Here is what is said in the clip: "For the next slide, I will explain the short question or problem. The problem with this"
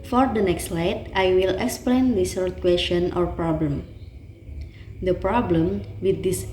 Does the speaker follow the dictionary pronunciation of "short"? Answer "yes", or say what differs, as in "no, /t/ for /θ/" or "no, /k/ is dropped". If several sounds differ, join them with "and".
no, /s/ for /ʃ/